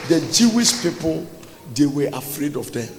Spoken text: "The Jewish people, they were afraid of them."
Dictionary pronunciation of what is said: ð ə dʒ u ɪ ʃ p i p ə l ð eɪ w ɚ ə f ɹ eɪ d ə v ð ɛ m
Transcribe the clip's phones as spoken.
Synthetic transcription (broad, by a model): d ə dʒ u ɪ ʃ p i p ə l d eɪ w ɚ ə f ɹ eɪ d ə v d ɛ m